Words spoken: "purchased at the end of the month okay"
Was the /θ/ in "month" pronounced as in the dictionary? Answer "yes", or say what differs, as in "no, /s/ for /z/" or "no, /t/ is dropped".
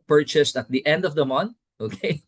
no, /t/ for /θ/